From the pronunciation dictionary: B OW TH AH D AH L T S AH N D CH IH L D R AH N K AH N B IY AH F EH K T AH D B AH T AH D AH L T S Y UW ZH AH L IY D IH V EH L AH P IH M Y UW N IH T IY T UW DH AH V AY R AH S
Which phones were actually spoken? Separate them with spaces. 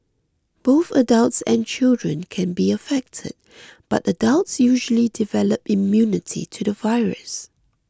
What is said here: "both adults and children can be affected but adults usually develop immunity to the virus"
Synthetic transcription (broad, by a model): B OW TH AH D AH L T S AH N CH IH L D R AH N K AH N B IY AH F EH K T AH D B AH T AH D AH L T S Y UW ZH AH L IY D IH V EH L AH P IH M Y UW N IH T IY T UW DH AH V AY R AH S